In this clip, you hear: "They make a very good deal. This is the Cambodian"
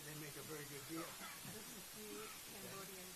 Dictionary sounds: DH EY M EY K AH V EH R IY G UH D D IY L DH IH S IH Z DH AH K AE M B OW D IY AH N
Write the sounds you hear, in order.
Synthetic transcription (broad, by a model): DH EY M EY K AH V EH R IY G UH D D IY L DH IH IH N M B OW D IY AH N